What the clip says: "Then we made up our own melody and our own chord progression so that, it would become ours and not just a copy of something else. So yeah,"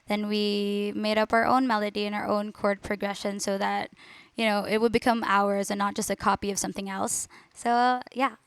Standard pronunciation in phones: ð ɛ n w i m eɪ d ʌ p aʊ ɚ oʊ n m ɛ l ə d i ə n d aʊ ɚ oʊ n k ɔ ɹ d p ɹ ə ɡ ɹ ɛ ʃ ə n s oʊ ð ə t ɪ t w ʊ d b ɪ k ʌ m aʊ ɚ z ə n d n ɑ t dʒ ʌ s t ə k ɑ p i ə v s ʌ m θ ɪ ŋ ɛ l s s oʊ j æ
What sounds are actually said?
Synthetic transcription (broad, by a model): ð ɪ n w i m eɪ d ʌ p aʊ ɚ oʊ n m ɛ l ə d i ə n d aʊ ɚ oʊ n k ɔ ɹ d p ɹ ə ɡ ɹ ɛ ʃ ə n s oʊ ð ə t ɪ t w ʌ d b ɪ k ʌ m aʊ ɚ z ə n n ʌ t dʒ ʌ s t ə k ɑ p i ə v s ʌ m θ ɪ ŋ ɛ l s s oʊ j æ